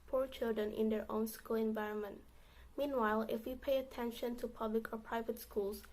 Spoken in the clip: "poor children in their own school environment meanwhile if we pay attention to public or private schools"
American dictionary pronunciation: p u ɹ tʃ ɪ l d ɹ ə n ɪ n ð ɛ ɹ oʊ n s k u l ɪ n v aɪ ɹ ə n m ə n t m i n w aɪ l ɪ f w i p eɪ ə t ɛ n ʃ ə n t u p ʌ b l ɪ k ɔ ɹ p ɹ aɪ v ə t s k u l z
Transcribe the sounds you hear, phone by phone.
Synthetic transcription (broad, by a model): p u ɹ tʃ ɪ l d ɹ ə n ɪ n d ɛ ɹ oʊ n s k u l ɪ n v aɪ ɹ ə n m ə n t m i n w aɪ l ɪ f w i p eɪ ə t ɛ n ʃ ə n t u p ʌ b l ɪ k ɔ ɹ p ɹ aɪ v ə t s k u l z